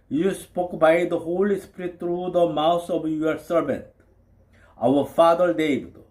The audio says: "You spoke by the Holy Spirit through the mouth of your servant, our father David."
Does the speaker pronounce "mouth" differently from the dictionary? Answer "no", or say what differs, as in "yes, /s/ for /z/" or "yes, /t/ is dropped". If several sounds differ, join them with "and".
yes, /s/ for /θ/